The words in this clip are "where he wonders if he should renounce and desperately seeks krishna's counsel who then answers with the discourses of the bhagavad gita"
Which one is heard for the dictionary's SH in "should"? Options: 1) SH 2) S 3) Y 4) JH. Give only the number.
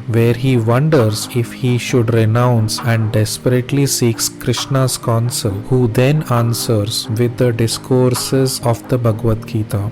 1